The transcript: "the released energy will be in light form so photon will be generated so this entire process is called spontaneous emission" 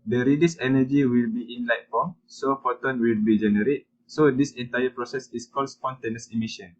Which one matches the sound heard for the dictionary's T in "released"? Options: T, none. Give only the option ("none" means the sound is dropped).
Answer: none